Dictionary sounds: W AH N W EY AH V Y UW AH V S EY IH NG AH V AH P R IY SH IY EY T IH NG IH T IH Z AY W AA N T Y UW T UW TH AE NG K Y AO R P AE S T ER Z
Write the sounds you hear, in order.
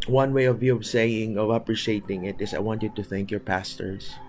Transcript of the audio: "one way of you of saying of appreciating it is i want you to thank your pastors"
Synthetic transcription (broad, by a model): W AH N W EY AH V Y UW AH V S EY IH NG AH V AH P R IY SH IY EY T IH NG IH T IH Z AY W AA N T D T UW TH AE NG K Y AO R P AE S T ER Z